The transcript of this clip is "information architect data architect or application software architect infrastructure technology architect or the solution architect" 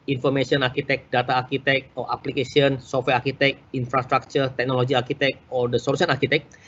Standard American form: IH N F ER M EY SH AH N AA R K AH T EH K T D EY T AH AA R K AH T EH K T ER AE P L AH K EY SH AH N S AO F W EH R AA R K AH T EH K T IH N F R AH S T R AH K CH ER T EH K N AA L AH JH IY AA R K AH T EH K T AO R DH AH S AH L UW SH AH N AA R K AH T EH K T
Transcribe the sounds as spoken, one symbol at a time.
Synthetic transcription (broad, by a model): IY N F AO M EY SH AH N AA R K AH T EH K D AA T AA R K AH T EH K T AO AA P L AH K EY S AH N S AO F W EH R AA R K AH T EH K IY N F R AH S T R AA K CH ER T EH K N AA L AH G IY AA R K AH T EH K AO R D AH S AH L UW S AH N AA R K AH T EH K